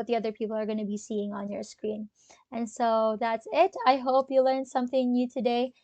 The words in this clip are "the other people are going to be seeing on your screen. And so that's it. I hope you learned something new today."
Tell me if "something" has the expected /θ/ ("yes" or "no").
yes